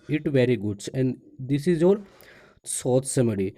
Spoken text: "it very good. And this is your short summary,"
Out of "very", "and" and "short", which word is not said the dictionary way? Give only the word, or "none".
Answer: short